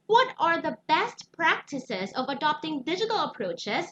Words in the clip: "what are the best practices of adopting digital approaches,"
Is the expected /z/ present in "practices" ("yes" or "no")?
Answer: yes